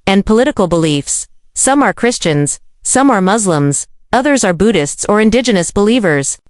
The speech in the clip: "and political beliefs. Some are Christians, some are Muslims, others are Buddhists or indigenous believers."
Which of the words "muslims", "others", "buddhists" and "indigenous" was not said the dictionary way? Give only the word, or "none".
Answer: none